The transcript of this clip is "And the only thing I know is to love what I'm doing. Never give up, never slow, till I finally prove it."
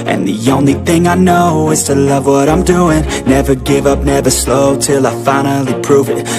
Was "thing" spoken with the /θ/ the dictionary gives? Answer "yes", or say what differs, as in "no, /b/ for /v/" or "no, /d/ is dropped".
yes